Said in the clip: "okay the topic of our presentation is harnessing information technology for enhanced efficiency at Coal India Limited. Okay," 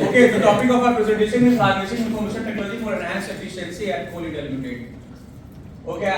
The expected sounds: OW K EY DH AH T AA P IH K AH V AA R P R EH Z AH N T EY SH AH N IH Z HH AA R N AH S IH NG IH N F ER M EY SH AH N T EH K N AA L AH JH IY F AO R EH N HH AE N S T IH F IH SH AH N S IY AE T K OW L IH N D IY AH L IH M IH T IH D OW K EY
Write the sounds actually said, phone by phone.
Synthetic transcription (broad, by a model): OW K EY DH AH T AA P IH K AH F AA R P R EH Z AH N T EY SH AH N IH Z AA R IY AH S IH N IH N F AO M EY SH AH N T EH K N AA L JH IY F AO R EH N HH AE N S IH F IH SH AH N S IY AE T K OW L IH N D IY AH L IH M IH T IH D OW K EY